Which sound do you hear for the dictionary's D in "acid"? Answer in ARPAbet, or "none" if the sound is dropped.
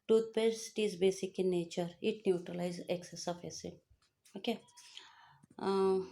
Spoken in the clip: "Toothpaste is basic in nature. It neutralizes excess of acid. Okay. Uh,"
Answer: none